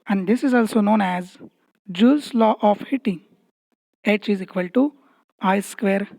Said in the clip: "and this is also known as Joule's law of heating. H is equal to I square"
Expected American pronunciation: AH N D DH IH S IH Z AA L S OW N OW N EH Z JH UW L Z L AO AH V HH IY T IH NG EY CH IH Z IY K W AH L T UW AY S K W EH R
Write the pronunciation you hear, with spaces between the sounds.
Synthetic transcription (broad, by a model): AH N D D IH S IH Z AA L S OW N OW N EH Z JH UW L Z L AO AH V HH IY T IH NG EY CH IH Z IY K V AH L T UW AY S K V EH R